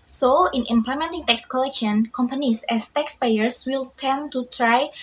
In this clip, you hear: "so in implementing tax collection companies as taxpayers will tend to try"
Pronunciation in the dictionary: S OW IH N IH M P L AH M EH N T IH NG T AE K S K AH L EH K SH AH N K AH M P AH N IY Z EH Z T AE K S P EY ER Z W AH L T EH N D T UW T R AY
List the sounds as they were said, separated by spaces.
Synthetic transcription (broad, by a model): S OW IH N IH M P L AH M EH N T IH NG T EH K S K AH L EH K SH AH N K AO M P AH N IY S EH S T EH K S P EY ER S W AH L T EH N T UW T R AY